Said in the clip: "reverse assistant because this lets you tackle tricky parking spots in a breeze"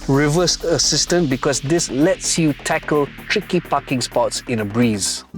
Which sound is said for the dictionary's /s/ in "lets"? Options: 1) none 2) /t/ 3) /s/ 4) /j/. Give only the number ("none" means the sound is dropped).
3